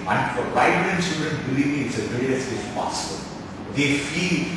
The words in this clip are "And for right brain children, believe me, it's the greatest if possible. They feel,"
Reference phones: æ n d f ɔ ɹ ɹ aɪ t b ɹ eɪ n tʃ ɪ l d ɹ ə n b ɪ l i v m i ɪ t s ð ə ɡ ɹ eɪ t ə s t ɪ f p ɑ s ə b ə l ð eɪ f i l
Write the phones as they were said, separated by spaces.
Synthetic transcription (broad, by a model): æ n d f ɔ ɹ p aɪ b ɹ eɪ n s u d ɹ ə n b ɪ l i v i ɪ t s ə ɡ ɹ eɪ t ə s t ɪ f p ɑ s ə b ə l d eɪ f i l